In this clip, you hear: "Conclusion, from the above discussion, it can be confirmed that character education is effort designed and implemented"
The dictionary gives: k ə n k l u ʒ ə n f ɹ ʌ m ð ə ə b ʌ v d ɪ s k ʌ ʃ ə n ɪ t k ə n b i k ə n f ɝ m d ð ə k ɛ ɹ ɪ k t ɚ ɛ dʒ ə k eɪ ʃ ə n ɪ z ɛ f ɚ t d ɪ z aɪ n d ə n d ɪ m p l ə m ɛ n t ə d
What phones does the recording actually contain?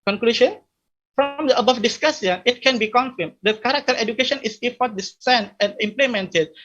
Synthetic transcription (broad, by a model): k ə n k l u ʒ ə n f ɹ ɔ m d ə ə b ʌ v d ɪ s k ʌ s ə n ɪ t k ə n b i k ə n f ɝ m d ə k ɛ ɹ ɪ k t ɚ ɛ dʒ ə k eɪ ʃ ə n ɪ s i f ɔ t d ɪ s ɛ n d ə n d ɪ m p l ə m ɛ n t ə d